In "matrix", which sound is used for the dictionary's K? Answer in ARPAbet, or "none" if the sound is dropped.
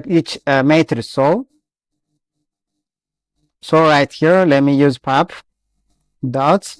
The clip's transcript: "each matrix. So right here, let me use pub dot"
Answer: none